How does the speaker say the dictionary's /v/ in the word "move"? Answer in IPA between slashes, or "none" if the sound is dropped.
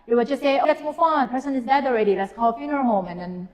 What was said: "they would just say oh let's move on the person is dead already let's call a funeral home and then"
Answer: /f/